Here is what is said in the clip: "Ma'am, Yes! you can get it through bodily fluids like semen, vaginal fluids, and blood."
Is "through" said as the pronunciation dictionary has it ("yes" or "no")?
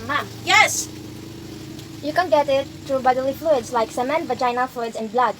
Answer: no